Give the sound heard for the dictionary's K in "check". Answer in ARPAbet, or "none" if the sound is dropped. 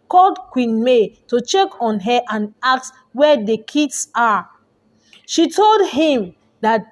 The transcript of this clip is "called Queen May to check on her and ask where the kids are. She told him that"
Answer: K